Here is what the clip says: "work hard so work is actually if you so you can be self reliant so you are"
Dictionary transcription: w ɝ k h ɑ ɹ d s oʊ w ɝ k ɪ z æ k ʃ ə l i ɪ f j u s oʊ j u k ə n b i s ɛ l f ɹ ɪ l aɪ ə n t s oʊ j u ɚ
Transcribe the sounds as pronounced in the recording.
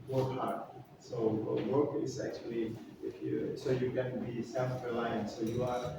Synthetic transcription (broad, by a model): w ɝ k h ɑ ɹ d s oʊ w ɝ k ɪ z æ k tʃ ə l i ɪ f j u s oʊ j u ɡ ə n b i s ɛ f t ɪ l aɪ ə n s oʊ j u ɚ